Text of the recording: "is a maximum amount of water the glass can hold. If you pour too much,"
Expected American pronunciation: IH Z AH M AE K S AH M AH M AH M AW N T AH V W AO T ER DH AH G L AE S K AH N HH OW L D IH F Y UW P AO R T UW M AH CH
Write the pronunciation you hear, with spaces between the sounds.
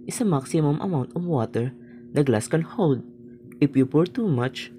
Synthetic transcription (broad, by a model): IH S AH M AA K S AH M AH M AH M AW N T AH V W AO T ER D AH G L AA S K AH N HH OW W D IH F Y UW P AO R T UW M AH CH